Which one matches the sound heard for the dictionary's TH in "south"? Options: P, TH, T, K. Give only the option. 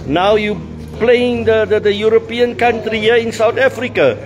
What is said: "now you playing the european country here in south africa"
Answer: T